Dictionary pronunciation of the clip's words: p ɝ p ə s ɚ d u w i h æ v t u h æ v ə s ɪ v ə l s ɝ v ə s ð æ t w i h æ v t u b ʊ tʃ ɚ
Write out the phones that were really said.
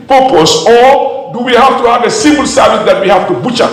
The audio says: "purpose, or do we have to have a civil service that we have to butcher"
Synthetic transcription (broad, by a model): p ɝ p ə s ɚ d u w i h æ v t u h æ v ə s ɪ b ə l s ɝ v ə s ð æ t w i h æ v t u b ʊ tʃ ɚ